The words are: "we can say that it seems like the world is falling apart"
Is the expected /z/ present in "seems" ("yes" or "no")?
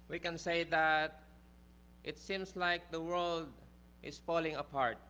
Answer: no